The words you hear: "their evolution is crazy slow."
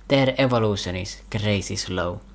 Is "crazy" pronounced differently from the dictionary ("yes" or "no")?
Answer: yes